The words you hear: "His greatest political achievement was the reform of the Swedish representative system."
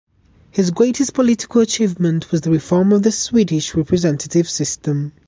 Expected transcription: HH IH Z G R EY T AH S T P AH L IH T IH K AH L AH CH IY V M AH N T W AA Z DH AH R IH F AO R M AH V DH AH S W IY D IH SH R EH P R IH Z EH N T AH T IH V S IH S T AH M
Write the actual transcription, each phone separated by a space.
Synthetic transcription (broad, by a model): HH IH Z G R EY T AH S P AH L IH T IH K AH L AH CH IY V M AH N T W AA Z DH AH R IH F AO R M AH V DH AH S W IY D IH SH R EH P R IH Z EH N T AH T IH V S IH S T AH M